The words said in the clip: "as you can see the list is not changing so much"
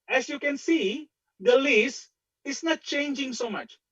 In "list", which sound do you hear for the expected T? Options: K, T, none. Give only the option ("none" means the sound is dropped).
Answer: none